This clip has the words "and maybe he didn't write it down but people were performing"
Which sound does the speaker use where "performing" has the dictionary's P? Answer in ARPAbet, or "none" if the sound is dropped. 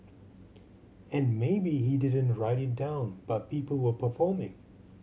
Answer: P